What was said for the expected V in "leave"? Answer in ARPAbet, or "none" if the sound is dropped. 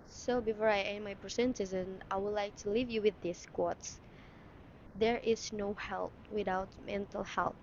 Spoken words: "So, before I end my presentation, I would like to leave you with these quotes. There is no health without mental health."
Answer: V